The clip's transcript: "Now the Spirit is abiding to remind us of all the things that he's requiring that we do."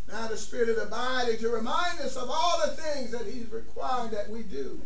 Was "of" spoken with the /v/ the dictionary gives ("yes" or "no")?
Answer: yes